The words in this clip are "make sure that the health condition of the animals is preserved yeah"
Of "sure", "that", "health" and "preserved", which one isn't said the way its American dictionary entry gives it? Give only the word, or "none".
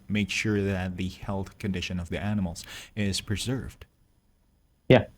none